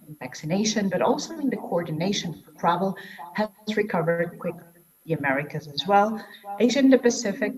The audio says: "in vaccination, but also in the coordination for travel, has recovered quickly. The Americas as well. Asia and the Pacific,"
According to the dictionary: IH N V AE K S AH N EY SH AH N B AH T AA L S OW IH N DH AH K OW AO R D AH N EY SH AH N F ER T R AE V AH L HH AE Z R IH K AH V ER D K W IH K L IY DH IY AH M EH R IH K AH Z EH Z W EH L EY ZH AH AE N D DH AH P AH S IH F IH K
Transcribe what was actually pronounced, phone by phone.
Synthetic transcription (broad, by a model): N V AE K S AH N EY SH AH N B AH T AA L S OW IH N DH AH K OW AO R D N EY SH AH N F ER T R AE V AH L HH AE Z R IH K AH V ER D K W IH K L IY DH IY AH M EH R IH K AH Z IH Z W EH L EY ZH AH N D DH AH P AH S IH F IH K